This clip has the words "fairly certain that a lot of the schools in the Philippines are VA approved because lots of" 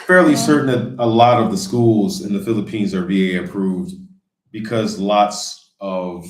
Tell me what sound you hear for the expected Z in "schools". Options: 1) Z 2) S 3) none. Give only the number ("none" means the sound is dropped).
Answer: 1